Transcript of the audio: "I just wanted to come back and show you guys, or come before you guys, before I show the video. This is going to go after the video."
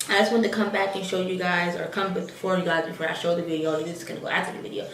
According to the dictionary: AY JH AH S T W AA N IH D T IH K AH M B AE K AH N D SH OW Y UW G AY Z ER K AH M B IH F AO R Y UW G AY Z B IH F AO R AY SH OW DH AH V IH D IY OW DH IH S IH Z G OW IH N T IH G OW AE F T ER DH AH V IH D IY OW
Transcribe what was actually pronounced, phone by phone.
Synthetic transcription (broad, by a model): AY JH AH S T W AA N T IH K AH M B AE K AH N SH OW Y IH G AY Z ER K AH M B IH F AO R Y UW G AY Z B IH F AO R AY SH OW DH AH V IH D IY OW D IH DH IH S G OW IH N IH G OW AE T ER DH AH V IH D IY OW